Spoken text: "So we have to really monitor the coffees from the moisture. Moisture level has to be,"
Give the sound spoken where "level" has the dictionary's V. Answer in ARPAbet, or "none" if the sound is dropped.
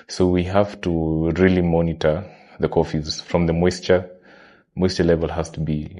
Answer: V